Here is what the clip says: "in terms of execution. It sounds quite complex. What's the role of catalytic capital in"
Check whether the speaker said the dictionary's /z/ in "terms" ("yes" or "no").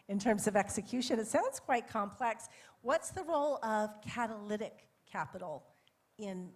yes